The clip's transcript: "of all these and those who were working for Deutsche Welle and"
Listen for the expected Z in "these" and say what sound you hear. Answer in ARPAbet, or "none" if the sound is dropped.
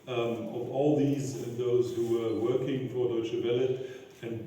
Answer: Z